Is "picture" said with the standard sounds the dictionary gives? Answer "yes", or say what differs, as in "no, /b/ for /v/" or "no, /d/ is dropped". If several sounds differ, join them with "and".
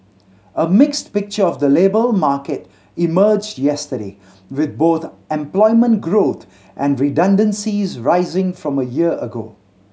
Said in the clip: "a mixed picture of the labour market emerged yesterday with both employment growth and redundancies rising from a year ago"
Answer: yes